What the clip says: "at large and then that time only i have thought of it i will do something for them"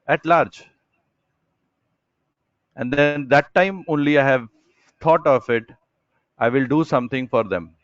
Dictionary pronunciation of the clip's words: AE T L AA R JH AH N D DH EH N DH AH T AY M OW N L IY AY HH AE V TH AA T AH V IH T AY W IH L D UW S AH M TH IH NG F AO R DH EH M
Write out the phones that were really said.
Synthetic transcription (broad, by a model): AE T L AA R JH AH N D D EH N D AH T AY M OW N L IY AY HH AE V T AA T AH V IH T AY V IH L D UW S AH M T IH NG F AO R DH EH M